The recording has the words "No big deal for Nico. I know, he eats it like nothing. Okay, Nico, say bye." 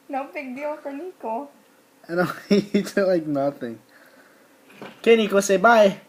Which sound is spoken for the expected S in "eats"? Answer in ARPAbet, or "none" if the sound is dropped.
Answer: none